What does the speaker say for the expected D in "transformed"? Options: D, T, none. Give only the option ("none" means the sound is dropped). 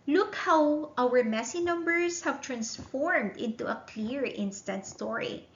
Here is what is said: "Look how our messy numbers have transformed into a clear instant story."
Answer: D